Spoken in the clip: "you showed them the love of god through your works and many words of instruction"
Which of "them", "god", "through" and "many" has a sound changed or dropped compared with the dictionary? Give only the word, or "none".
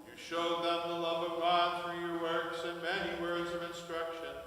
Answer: through